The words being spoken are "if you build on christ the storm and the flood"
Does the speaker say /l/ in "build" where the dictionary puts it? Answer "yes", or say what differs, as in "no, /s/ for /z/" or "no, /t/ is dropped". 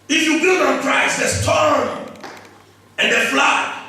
no, /l/ is dropped